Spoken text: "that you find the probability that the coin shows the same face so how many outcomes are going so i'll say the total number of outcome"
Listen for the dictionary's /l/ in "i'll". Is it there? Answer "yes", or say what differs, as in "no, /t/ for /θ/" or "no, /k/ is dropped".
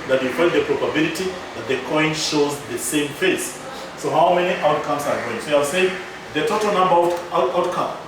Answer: no, /w/ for /l/